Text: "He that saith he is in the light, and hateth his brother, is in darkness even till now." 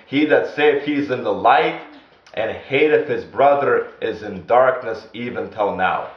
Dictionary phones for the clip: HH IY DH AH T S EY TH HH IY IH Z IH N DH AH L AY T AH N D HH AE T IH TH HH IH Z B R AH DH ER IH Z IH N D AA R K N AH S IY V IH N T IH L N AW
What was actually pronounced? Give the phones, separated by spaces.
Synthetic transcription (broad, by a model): HH IY DH AH T S EY F HH IY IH Z IH N DH AH L AY T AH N HH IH T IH F HH IH Z B R AH DH ER IH Z IH N D AA R K N AH S IY V IH N T IH L N AW